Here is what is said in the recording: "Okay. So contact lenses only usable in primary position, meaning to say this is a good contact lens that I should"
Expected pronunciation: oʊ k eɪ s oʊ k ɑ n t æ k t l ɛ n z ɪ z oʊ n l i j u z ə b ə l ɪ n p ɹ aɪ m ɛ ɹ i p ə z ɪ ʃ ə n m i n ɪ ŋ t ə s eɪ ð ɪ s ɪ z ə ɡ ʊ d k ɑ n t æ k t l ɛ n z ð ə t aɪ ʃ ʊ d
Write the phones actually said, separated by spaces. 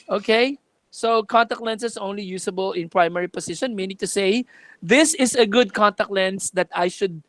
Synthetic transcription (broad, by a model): oʊ k eɪ s oʊ k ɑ n t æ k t l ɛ n s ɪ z oʊ n l i j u s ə b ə l ɪ n p ɹ aɪ m ɛ ɹ i p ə s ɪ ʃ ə n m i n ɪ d t ə s eɪ ð ɪ s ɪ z ə ɡ ʊ d k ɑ n t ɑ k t l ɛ n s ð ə t aɪ ʃ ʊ d